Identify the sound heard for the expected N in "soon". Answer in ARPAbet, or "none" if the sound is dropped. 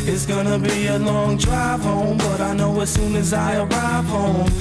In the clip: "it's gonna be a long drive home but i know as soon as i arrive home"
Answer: N